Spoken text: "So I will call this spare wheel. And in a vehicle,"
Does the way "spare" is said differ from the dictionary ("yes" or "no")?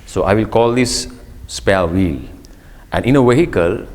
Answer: yes